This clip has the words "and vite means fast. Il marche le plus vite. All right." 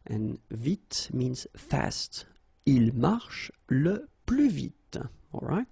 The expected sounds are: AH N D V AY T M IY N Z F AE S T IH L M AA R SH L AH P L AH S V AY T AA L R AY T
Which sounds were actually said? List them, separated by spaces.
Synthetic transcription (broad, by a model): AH N V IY T M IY N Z F AE S T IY L M AA R SH L AH P L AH V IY T AA L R AY T